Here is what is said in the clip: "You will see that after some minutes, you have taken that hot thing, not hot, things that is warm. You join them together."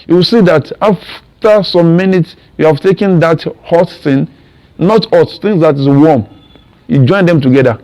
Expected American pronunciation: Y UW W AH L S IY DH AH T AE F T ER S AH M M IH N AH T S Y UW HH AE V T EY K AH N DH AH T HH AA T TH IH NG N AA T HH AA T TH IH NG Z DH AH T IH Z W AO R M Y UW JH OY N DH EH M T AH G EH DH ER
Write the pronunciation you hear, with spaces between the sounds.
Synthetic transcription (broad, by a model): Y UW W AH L S IY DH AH T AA F T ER S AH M M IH N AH T S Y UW HH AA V T EY K AH N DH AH T HH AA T S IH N N AA T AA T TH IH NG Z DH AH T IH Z W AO M Y UW JH OY N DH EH M T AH G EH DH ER